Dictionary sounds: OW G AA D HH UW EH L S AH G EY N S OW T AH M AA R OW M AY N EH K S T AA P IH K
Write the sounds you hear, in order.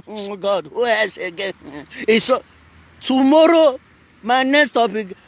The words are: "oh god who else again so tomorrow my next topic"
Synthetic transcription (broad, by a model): G AA D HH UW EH S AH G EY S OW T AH M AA R OW M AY N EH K S T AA P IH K